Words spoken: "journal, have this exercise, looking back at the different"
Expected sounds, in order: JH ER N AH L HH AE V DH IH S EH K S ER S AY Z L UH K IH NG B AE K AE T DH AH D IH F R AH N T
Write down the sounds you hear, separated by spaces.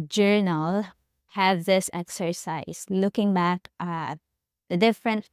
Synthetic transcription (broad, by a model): JH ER N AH L HH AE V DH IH S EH K S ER S AY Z L UH K IH NG B AE K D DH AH D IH F R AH N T